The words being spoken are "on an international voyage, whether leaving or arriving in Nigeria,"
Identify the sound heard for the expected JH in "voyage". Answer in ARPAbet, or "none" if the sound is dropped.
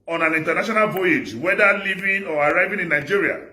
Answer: JH